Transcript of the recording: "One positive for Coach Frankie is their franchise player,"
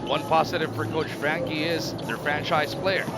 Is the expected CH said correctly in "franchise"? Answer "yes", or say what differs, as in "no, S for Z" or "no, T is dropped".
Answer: yes